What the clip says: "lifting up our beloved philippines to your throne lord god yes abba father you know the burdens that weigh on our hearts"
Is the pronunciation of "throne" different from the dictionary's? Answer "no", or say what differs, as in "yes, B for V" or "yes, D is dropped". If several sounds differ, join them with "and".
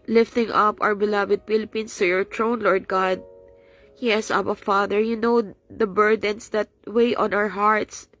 yes, T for TH